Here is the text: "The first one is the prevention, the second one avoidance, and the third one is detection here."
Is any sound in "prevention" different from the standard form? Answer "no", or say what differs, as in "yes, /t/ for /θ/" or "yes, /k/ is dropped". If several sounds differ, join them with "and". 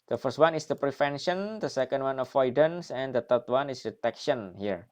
yes, /f/ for /v/